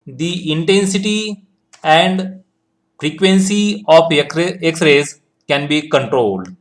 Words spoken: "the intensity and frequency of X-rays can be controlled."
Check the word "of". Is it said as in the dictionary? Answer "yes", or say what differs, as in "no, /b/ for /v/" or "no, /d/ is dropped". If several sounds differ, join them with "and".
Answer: no, /p/ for /v/